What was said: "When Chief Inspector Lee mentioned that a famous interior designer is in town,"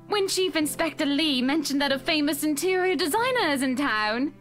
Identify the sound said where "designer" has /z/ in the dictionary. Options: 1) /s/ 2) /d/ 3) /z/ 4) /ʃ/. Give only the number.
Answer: 3